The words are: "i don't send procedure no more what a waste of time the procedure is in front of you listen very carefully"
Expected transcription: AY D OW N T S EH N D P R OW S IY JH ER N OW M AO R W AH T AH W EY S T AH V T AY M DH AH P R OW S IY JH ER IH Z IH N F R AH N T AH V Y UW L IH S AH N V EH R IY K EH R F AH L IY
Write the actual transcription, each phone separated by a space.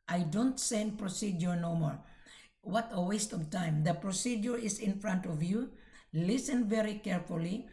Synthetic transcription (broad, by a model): AY D OW N T S EH N D P R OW S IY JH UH N OW M AO R W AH T AH W EY S T AH V T AY M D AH P R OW S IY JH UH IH S IH N F R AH N T AH V Y UW L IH S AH N V EH R IY K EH R F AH L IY